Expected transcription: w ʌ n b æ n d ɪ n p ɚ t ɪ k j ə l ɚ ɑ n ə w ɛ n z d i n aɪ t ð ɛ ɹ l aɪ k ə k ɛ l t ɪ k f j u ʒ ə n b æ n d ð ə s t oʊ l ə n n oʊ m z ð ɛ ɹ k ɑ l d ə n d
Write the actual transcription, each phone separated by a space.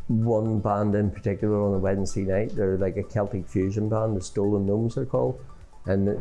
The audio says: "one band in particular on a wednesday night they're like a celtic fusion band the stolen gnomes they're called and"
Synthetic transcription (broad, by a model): w ʌ n b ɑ n d ɪ n p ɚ t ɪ k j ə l ɚ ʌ n ə w ɛ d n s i n aɪ t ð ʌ ɹ l aɪ k ə k ɛ l t ɪ k f j u ʒ ə n b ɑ n d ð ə s t oʊ l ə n n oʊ m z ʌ ɹ k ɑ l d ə n